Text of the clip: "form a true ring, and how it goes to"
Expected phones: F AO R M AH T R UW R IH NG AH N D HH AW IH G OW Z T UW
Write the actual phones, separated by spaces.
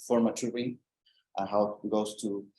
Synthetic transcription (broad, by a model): F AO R M AH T UW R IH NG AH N HH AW IH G OW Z T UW